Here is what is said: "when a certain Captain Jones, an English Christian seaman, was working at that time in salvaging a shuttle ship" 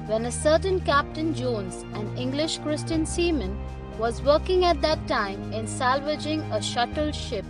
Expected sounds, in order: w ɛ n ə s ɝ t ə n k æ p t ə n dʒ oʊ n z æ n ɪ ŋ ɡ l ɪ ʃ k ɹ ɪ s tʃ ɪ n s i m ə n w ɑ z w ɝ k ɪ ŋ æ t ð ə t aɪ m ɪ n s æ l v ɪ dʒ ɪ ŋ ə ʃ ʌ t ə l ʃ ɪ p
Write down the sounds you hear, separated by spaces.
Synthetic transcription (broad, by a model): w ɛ n ə s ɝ t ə n k æ p t ə n dʒ oʊ n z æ n ɪ ŋ ɡ l ɪ ʃ k ɹ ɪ s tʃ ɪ n s i m ə n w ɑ z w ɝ k ɪ ŋ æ t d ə t aɪ m ɪ n s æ l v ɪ dʒ ɪ ŋ ə ʃ ʌ t ə l ʃ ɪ p